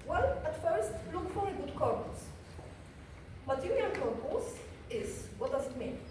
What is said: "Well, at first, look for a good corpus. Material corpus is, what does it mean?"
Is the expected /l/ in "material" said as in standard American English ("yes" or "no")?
no